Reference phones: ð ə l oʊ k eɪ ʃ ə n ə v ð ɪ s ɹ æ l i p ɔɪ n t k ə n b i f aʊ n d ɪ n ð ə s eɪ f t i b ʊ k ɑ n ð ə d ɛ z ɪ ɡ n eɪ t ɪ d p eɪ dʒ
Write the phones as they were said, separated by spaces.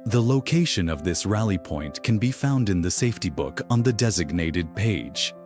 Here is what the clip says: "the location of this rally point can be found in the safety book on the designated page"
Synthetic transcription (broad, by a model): ð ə l oʊ k eɪ ʃ ə n ə v ð ɪ s ɹ æ l i p ɔɪ n k ə n b i f aʊ n d ɪ n ð ə s eɪ f t i b ʊ k n ð ə d ɛ z ɪ ɡ n eɪ t ɪ d p eɪ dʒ